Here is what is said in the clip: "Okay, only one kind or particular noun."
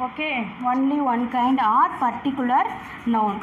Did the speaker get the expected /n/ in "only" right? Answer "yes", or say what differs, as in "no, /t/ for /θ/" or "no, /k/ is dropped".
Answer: yes